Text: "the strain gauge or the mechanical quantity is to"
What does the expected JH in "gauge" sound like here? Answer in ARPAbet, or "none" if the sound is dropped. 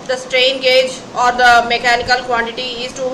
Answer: JH